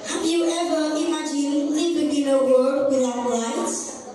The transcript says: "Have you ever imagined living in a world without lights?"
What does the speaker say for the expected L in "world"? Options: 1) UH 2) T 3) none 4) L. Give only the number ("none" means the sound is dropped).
3